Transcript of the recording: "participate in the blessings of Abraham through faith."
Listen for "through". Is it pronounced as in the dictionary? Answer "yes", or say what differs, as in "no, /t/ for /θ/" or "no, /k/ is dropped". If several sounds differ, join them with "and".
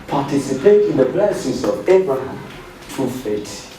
no, /t/ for /θ/